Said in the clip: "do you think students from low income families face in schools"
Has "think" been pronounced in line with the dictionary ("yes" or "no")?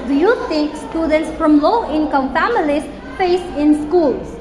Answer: no